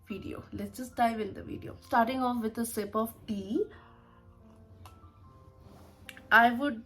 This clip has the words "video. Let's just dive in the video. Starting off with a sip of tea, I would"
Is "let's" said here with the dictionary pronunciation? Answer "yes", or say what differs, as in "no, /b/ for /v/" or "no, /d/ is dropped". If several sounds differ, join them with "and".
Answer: no, /s/ is dropped